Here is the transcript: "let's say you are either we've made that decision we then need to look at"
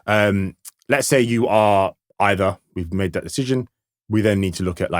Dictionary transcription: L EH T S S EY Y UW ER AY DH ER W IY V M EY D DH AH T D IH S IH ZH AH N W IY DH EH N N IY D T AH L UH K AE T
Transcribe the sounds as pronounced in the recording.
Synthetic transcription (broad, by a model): L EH T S S EY Y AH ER AY DH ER W IY V M EY D DH AH T D IH S IH ZH AH N W IY DH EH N N IY D T AH L UH K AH T